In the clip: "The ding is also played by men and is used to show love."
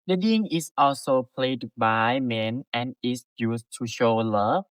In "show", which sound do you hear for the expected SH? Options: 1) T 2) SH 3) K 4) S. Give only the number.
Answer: 2